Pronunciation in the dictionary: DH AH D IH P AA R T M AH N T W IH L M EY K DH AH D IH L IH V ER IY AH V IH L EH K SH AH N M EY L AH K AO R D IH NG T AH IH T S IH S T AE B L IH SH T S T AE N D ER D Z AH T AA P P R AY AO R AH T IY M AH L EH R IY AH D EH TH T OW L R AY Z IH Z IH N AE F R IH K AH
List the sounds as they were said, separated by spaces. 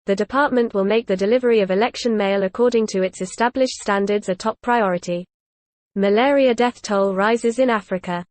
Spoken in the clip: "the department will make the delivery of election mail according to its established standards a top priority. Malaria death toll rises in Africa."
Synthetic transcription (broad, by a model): DH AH D IH P AA T M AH N T W IH L M EY K DH AH D IH L IH V ER IY AH V IH L EH K SH AH N M EY L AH K AO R D IH NG T AH IH T S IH S T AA B L IH SH T S T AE N D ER D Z AH T AA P P R AY AO R AH T IY M AH L EH R IY AH D EH TH T OW L R AY Z IH Z IH N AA F R IH K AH